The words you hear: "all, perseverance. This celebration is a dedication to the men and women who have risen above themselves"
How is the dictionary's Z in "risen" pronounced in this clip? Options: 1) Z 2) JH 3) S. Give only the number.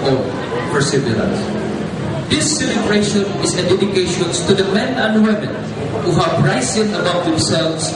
3